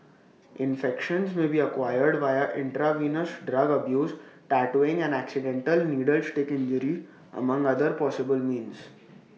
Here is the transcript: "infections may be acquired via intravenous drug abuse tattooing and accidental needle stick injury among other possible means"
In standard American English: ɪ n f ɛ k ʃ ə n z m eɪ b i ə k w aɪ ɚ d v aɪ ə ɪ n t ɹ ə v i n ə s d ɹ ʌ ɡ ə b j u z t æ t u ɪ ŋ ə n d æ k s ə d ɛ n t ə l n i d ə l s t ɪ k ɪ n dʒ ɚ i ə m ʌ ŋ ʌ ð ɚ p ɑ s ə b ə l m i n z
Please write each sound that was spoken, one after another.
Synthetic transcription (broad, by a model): ɪ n f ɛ k ʃ ə n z m eɪ b i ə k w aɪ ɚ d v aɪ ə ɪ n t ɹ ə v i n ə s d ɹ ʌ ɡ ə b j u z t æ t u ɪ ŋ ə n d æ k s ə d ɛ n t ə l n i d ə l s t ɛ k ɪ n dʒ ɚ i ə m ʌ ŋ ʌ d ɚ p ɑ s ə b ə l m i n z